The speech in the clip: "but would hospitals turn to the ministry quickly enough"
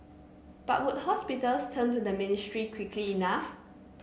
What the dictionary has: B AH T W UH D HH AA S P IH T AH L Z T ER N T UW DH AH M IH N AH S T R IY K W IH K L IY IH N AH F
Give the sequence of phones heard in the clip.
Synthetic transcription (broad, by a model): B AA T W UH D HH AA S P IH T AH L S T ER N T UW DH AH M IH N AH S T R IY K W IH K L IY N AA F